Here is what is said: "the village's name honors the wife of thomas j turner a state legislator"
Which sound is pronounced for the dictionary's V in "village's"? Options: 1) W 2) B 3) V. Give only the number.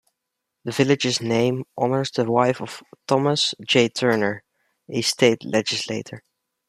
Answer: 3